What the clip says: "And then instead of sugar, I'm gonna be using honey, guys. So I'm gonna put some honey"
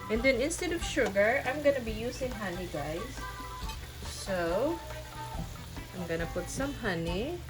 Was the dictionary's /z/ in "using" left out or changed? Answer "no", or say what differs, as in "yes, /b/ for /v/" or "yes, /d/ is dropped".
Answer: yes, /s/ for /z/